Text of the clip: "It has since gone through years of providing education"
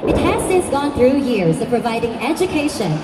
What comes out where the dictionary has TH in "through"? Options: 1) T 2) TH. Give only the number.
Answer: 2